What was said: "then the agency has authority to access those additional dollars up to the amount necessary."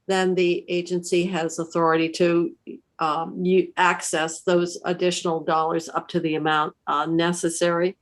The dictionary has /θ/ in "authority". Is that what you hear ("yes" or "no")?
yes